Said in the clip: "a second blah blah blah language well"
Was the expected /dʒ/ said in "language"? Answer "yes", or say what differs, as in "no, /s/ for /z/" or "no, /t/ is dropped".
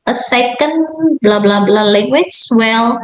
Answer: no, /tʃ/ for /dʒ/